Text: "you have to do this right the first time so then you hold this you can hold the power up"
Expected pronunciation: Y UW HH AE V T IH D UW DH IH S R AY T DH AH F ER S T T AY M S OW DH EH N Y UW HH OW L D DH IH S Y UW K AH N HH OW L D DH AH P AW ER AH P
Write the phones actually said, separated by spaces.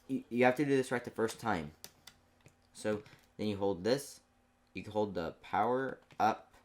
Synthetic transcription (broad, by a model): Y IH HH AE F T IH D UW DH IH S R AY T DH AH F ER S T T AY M S OW DH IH N Y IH HH OW L D DH IH S Y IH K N HH OW L D DH AH P AW ER AH P